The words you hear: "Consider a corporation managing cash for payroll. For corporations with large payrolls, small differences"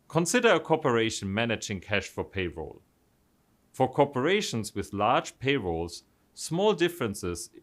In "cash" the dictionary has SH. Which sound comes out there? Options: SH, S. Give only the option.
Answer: SH